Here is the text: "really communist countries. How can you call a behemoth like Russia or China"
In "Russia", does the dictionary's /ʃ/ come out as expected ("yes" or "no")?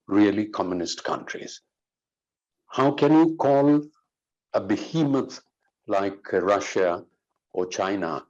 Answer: yes